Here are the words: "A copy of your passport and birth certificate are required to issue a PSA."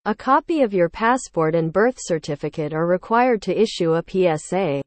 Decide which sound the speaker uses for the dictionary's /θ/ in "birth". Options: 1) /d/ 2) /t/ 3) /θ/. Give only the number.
3